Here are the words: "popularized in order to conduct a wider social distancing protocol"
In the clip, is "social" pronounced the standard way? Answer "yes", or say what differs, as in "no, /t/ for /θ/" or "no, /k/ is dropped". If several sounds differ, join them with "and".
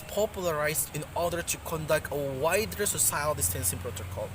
no, /s/ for /ʃ/